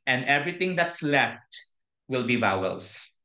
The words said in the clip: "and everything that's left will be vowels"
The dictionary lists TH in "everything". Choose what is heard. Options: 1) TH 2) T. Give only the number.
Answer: 2